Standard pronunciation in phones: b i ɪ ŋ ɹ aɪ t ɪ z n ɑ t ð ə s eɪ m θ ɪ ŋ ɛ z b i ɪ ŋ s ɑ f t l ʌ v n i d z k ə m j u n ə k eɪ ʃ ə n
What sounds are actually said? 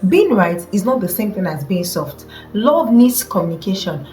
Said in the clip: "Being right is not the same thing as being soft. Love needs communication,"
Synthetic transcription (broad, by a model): b i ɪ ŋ ɹ aɪ t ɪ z n ɑ t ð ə s eɪ m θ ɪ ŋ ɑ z b i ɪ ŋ s ɑ f t l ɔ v n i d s k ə m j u n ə k eɪ ʃ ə n